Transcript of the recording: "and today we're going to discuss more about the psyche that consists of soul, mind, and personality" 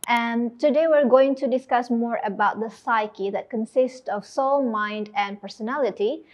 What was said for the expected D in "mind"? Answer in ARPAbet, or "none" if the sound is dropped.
D